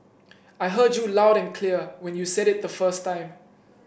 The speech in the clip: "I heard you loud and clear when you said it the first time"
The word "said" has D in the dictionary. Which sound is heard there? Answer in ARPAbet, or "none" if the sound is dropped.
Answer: D